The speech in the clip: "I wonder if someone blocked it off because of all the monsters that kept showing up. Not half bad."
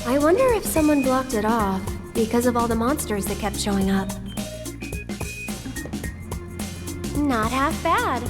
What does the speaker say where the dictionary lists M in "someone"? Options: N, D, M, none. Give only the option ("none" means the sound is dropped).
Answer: M